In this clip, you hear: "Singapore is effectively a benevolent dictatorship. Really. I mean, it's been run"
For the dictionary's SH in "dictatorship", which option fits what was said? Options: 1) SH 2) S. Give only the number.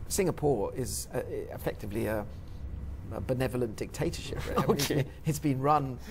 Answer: 1